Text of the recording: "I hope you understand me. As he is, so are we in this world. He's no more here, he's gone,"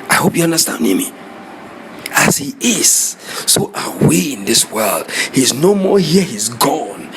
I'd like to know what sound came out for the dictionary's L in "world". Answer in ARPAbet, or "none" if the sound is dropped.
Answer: L